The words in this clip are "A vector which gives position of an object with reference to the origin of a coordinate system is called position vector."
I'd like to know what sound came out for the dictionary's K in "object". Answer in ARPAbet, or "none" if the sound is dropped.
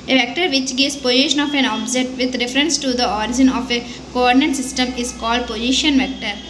none